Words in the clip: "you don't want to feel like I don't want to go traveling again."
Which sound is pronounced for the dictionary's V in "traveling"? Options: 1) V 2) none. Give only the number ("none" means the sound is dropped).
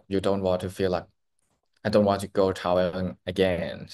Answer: 2